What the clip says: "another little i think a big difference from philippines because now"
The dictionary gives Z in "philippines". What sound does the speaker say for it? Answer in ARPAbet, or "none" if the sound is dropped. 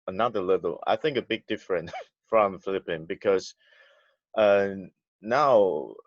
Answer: none